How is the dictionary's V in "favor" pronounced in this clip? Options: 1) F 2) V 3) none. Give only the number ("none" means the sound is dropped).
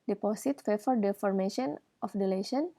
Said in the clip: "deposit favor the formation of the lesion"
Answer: 1